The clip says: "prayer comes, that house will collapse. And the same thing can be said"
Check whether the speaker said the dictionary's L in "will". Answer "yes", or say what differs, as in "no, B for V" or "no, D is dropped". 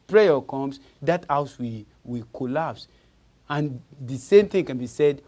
no, W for L